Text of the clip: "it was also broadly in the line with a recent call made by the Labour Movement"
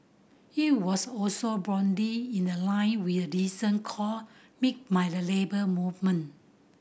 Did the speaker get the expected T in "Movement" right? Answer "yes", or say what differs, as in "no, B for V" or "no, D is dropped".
no, T is dropped